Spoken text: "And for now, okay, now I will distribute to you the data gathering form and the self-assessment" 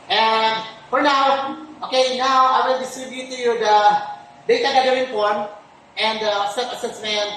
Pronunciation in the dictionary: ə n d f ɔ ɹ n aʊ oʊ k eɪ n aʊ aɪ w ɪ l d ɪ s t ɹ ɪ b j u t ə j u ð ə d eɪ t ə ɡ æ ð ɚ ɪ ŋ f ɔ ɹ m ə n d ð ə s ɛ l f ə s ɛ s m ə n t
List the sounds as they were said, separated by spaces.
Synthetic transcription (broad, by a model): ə n d f ɔ ɹ n aʊ oʊ k eɪ n aʊ aɪ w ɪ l d ɪ s t ɹ ɪ b j u t ə j u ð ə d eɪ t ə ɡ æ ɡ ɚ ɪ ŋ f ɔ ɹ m ə n d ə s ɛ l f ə s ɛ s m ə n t